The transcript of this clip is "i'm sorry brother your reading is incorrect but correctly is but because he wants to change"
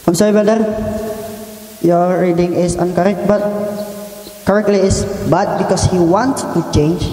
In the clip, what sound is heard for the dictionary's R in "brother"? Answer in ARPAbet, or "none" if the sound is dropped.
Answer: none